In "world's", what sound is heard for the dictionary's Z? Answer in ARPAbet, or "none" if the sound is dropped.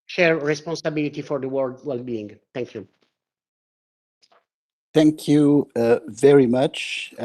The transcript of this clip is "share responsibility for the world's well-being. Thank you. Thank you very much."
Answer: none